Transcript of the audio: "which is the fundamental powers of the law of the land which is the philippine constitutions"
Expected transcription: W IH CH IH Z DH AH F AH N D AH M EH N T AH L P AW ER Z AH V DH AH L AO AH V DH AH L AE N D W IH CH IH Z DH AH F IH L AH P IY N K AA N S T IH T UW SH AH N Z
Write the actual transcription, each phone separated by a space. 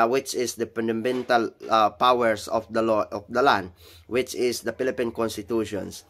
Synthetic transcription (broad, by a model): W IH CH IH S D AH P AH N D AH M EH N T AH L P AW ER S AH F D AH L AO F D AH L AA N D W IH CH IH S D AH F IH L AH P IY N K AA N S T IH T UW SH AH N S